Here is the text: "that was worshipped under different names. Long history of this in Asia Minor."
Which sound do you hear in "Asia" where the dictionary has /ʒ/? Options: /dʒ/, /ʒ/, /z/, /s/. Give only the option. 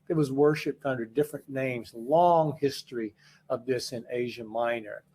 /ʒ/